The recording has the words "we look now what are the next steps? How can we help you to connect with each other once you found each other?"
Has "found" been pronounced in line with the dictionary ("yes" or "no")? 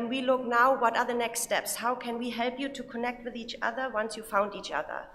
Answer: yes